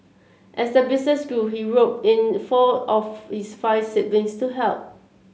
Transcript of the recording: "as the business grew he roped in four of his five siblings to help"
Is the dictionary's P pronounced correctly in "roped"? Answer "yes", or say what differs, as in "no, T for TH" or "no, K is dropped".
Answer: no, P is dropped